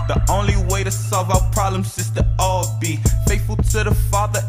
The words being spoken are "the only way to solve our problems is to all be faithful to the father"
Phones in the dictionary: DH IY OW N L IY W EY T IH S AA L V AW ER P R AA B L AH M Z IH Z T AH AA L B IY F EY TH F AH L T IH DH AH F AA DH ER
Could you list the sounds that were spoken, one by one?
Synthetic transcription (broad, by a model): DH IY OW N L IY W EY T IH S AA L V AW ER P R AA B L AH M S IH S T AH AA B IY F EY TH F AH L T IH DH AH F AA DH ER